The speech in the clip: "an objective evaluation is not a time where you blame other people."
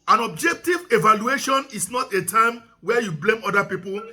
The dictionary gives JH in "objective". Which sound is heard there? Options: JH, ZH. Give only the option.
JH